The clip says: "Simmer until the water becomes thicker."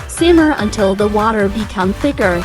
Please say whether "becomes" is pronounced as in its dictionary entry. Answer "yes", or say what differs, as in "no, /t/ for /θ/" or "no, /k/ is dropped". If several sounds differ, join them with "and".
no, /z/ is dropped